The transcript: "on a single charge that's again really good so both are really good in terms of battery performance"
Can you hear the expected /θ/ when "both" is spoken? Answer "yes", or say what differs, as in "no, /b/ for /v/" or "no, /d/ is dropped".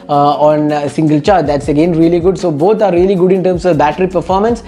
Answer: no, /t/ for /θ/